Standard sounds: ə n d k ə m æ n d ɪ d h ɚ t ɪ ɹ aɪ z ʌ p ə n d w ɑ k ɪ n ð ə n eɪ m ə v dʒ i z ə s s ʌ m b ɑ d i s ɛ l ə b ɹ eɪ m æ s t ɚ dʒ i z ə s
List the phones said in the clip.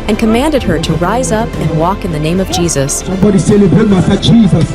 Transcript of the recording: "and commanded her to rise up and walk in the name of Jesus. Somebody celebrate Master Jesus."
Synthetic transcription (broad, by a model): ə n k ə m æ n d ɪ d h ɚ t ɪ ɹ aɪ z ʌ p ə n w ɑ k ɪ n ð ə n eɪ m ə v dʒ i z ə s s ʌ m b ɑ d i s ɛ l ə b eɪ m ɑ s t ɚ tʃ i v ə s